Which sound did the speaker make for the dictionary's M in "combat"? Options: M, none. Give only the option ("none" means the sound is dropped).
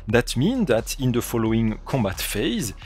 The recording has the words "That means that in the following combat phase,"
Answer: M